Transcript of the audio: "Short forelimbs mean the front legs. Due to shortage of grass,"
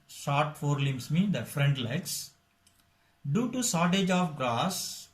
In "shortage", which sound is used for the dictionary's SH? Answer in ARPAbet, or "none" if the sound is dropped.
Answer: S